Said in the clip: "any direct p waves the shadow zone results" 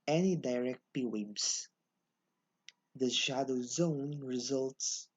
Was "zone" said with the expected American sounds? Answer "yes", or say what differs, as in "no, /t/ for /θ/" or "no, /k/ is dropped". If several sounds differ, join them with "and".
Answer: yes